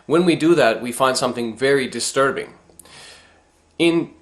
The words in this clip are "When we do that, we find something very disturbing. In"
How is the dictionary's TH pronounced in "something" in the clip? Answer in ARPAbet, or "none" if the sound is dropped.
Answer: TH